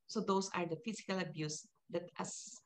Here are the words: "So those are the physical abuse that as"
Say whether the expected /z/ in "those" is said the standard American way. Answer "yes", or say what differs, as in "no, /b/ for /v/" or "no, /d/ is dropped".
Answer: no, /s/ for /z/